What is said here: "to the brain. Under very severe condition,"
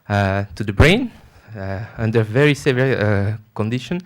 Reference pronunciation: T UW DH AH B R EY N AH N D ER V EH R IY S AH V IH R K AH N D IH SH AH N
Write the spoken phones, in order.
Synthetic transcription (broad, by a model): T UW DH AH B R EY N AH N D ER V EH R IY S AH V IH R K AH N D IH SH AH N